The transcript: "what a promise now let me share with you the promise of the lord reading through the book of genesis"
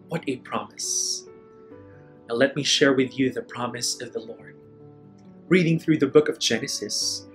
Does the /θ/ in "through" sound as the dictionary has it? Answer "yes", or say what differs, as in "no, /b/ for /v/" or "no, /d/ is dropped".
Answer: yes